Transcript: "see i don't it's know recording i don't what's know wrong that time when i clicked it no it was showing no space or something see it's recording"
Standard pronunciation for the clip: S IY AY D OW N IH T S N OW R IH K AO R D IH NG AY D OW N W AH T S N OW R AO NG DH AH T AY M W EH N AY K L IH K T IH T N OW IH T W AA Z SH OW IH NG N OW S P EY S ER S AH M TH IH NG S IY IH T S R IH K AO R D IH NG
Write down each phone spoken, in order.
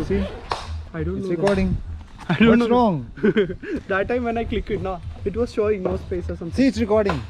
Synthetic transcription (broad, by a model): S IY AY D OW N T N OW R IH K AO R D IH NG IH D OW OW R AO NG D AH T AY M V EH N AY K L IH K IH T N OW IH T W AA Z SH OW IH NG N OW S P EY S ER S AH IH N S IY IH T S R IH K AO R D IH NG